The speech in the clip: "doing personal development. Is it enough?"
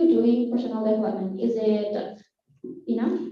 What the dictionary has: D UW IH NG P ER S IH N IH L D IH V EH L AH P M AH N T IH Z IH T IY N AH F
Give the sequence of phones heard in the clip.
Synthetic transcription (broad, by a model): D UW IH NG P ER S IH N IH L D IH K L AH M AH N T IH Z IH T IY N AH